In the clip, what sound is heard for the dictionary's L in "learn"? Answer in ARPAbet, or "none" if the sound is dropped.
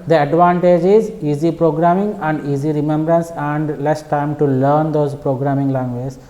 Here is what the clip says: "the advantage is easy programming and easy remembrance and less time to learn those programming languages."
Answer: L